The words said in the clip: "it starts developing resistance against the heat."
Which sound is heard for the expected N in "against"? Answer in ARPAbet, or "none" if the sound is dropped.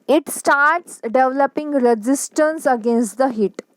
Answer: N